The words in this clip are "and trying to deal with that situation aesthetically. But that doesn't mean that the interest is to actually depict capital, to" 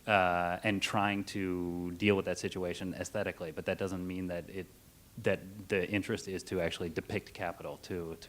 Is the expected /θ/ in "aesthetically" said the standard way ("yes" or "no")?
yes